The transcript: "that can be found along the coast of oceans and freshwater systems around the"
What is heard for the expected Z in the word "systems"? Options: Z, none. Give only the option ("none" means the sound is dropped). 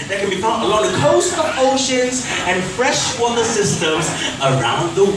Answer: Z